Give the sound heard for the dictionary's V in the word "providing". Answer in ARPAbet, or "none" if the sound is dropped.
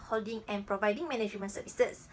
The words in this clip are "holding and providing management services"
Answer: V